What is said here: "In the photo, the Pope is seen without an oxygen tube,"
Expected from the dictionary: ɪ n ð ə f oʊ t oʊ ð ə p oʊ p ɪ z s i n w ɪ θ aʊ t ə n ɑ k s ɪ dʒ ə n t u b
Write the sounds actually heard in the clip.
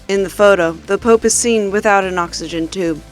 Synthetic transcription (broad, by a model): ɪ n ð ə f oʊ t oʊ ð ə p oʊ p ɪ z s i n w ɪ θ aʊ t ə n ɑ k s ɪ dʒ ə n t u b